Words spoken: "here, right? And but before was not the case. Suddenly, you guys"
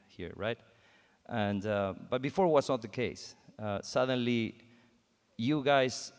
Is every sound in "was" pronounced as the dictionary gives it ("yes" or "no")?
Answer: no